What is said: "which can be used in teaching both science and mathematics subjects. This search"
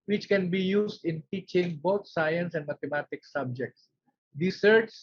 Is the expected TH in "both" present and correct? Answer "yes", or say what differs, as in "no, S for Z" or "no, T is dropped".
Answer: no, T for TH